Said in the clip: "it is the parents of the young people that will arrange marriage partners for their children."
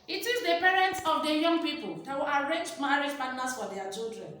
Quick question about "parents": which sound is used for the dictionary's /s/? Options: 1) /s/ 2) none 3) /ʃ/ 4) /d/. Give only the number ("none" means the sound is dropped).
1